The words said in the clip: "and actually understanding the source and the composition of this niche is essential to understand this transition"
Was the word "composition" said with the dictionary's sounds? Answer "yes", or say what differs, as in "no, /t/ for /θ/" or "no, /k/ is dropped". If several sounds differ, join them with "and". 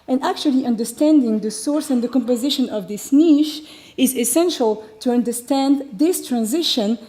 yes